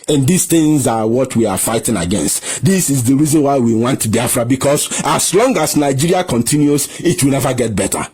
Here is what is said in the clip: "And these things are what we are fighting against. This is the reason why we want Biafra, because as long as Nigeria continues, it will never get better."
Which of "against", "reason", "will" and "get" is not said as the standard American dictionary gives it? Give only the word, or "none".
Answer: none